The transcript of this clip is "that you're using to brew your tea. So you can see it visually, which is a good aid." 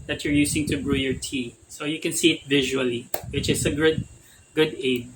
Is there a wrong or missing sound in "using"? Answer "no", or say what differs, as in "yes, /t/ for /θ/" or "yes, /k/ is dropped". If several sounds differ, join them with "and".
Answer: yes, /s/ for /z/